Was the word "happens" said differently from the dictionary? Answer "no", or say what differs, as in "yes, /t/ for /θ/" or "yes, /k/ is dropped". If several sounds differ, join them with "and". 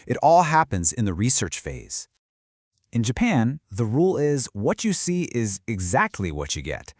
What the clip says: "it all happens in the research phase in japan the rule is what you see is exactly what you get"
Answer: no